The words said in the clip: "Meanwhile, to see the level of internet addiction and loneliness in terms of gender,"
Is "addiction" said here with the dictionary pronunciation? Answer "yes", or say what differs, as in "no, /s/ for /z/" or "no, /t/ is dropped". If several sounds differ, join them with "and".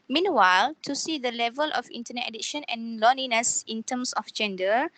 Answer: no, /k/ is dropped